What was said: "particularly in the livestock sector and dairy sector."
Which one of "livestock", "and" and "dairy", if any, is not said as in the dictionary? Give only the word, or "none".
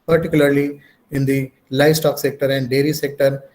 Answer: none